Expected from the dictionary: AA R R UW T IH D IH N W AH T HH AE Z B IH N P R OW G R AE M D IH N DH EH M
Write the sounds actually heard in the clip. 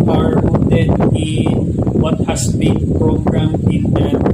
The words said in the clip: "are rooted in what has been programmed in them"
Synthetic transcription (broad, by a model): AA R W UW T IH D IH N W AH T HH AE S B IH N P R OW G R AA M IH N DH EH